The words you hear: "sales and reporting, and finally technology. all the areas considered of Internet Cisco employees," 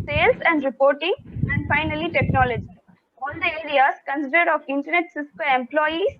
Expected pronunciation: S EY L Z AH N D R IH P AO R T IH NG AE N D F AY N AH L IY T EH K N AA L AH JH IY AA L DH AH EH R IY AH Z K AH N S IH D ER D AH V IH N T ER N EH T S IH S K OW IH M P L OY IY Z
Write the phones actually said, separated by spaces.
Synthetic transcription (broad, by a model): S EY L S AH N D R IH P AO R T IH NG AE N D F AY N AH L IY T EH K N AA L AH JH IY AA L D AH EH R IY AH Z K AH N S IH D ER D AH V IH N T ER N EH T S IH S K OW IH M P L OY IY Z